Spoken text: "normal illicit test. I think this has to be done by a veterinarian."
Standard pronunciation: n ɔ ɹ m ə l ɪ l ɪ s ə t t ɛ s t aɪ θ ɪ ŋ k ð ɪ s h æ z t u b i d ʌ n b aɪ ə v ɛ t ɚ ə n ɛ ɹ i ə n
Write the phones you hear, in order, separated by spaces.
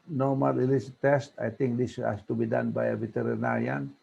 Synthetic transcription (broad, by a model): n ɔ m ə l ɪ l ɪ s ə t t ɛ s t aɪ t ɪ ŋ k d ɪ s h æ s t u b i d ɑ n b aɪ ə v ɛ t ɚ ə n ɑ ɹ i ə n